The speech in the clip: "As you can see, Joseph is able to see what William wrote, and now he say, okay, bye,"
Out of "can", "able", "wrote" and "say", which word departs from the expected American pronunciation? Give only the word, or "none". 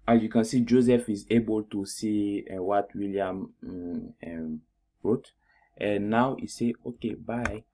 none